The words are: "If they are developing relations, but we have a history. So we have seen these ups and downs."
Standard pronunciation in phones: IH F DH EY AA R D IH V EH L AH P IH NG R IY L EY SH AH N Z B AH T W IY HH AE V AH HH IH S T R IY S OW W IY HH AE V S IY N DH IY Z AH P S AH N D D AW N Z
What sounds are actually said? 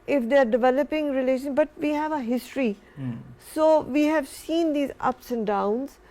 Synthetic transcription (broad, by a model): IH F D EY AA R D IH V EH L AH P IH NG R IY L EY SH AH N B AH T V IY HH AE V AH HH IH S T R IY S OW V IY HH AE V S IY N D IY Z AH P S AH N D D AW N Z